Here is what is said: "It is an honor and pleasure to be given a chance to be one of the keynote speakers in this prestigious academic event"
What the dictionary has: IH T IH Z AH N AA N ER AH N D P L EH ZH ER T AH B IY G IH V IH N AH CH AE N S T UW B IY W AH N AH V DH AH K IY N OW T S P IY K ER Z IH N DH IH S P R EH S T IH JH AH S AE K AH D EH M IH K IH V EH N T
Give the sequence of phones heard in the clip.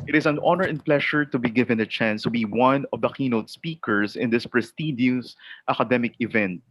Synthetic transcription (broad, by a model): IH T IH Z AH N AA N ER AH N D P L EH SH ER T AH B IY G IH V IH N AH CH AE N S T UW B IY W AH N AH V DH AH K IY N OW T S P IY K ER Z IH N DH IH S P R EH S T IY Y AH S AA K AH D EH M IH K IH V EH N T